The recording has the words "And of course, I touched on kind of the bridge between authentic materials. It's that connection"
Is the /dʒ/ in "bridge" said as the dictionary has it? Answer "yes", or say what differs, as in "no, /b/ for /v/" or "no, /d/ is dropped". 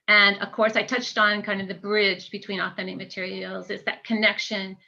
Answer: yes